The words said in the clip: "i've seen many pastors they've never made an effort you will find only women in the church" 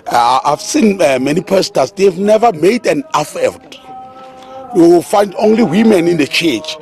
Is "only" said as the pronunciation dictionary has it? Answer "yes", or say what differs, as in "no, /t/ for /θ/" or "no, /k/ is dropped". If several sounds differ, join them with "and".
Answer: yes